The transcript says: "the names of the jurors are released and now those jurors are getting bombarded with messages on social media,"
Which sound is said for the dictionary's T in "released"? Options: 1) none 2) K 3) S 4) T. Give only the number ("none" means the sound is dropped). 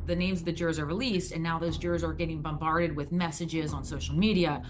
4